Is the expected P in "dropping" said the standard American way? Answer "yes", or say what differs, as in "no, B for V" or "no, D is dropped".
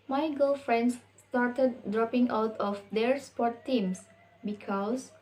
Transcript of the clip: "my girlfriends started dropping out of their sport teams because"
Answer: yes